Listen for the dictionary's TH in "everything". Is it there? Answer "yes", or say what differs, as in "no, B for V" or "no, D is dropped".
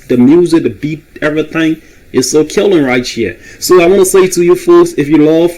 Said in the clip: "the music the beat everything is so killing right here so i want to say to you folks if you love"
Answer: yes